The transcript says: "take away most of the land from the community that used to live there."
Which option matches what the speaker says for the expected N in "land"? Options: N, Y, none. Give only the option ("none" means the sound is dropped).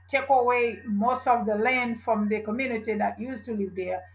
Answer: N